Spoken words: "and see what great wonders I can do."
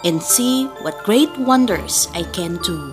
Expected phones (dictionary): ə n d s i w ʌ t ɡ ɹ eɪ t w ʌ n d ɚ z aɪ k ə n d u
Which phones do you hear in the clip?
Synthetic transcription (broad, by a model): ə n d s i w ʌ t ɡ ɹ eɪ t w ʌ n d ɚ s aɪ k ə n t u